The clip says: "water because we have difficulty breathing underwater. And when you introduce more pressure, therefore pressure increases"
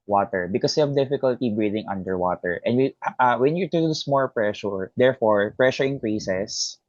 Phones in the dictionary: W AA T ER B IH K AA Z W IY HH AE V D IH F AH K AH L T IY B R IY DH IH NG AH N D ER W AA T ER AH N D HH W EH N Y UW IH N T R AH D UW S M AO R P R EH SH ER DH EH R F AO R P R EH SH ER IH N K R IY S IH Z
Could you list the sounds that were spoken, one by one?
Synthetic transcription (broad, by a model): W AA T ER B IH K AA S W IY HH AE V D IH F AH K AH L T IY B R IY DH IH NG AH N D ER W AA T ER AH N D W W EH N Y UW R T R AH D S M AO L P R EH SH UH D EH R F AO R P R EH SH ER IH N K R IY S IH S